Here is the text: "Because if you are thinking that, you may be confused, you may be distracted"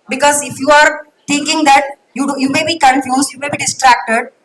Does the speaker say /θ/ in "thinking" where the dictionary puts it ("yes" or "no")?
no